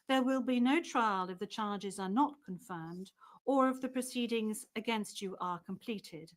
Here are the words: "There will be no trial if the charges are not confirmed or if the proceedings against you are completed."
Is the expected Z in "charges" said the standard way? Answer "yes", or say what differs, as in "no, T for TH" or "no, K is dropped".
yes